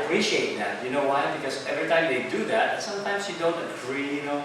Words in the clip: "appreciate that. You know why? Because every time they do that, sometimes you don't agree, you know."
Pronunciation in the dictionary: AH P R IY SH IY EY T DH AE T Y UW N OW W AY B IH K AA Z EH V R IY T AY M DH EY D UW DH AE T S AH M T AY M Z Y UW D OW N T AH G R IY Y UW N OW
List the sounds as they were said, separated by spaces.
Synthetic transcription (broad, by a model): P R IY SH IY EY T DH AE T Y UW N OW W AY B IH K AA S EH V R IY T AY M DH EY D UW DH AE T S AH M T AY M S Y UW D OW N T AH G R IY Y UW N OW